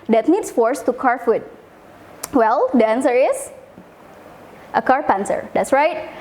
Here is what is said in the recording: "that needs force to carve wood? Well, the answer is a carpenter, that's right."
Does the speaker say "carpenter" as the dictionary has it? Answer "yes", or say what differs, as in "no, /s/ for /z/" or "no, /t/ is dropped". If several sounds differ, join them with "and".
no, /s/ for /t/